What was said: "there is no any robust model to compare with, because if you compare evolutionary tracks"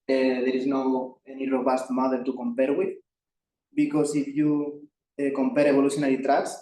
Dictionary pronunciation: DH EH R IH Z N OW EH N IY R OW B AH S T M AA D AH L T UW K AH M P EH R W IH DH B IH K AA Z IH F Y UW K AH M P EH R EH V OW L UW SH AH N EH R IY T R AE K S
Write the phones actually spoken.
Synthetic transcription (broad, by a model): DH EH R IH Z N OW EH N IY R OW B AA S T M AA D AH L T UW K AH M P EH R W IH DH B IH K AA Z IH F Y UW K AH M P EH R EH B OW L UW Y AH N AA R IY T R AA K S